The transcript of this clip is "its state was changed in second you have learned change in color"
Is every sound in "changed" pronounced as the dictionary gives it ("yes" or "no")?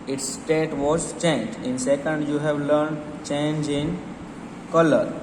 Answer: no